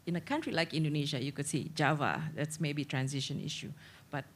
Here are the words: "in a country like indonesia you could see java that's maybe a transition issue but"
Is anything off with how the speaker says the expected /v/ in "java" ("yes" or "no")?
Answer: no